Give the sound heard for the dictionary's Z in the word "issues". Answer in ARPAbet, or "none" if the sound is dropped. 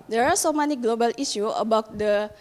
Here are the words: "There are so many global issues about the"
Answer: none